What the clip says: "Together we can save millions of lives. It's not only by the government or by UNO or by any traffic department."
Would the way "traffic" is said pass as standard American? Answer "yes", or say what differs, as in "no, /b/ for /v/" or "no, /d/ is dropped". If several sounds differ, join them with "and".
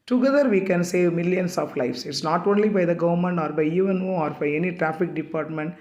yes